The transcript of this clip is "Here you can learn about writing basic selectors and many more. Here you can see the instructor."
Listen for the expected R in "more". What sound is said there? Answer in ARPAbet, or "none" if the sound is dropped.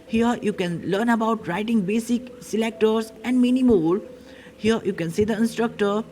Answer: L